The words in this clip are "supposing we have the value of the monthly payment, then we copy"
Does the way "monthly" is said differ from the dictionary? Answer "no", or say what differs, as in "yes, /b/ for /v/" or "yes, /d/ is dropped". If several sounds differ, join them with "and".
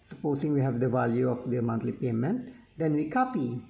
yes, /t/ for /θ/